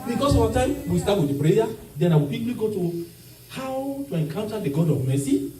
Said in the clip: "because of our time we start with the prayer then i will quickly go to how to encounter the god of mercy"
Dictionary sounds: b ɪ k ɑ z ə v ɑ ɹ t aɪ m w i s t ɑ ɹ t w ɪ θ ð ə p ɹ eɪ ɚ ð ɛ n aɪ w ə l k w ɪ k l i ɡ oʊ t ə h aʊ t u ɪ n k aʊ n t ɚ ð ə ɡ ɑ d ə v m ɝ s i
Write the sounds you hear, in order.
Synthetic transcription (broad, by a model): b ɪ k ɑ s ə w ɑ t aɪ m w i s t ɑ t w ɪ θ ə p ɹ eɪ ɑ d ɛ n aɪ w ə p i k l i ɡ oʊ t ə h aʊ t u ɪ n k aʊ n t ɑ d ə ɡ ɑ d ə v m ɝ s i